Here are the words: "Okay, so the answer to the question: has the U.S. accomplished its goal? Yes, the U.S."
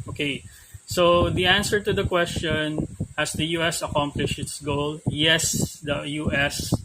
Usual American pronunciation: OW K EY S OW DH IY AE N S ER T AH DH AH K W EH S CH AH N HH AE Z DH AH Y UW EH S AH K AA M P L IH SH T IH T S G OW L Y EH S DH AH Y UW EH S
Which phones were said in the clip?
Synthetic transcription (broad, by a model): OW K EY S OW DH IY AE N S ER T AH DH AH K W EH S CH AH N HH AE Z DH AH Y UW EH S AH K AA M P L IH SH IH T S G OW L Y EH S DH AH Y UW EH S